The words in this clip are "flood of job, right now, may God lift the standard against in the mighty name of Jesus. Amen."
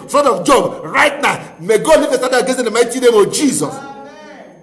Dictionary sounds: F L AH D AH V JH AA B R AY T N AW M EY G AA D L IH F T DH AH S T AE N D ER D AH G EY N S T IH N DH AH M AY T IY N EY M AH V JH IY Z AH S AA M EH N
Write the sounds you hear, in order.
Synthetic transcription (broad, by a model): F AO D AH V JH AA B R AY T N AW M EY G AA D L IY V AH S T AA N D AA AH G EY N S IH N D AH M AY T IY N EY M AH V JH IY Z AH S